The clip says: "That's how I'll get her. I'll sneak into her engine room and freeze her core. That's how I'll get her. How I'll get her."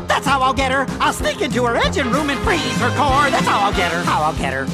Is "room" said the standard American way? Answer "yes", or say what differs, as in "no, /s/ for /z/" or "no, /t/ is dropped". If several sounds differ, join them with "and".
yes